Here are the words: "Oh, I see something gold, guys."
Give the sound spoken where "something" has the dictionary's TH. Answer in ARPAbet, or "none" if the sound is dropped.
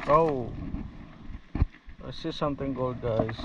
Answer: T